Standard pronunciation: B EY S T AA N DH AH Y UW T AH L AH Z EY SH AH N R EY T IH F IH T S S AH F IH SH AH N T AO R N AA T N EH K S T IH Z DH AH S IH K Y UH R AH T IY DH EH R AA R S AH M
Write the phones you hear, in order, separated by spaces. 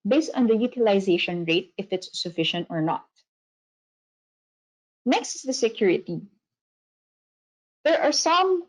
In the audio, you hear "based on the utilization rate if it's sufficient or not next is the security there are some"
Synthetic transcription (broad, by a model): B EY S T AA N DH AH Y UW T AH L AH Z EY SH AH N R EY T IH F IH T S S AH F IH SH AH N T AO R N AA T N EH K S T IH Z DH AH S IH K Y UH R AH T IY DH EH R AA R S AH M